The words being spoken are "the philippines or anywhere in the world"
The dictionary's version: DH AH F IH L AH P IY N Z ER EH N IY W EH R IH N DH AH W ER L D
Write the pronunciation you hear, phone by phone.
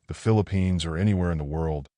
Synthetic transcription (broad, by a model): DH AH F IH L AH P IY N Z ER EH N IY W EH R IH N DH AH W ER L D